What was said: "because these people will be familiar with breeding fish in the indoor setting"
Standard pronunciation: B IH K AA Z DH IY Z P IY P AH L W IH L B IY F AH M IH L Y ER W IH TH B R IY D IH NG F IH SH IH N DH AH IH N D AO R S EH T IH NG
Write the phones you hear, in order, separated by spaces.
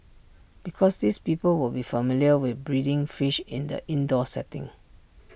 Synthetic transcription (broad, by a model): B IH K AA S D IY S P IY P AH L W IH L B IY F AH M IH L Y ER W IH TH B R IY D IH NG F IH SH IH N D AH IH N D AO S EH T IH NG